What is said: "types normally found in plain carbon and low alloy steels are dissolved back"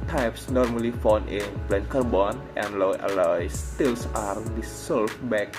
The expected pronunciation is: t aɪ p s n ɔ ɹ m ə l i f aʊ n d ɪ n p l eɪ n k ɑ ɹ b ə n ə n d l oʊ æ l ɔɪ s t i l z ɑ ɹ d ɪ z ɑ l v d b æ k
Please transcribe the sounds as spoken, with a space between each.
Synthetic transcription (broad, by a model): t aɪ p s n ɔ ɹ m ə l i f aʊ n ɪ n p l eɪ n k ɑ ɹ b ə n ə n l oʊ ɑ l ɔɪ s t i l s ɑ ɹ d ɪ s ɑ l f b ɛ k